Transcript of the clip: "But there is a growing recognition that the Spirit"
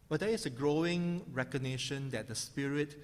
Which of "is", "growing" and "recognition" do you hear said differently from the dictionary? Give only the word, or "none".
is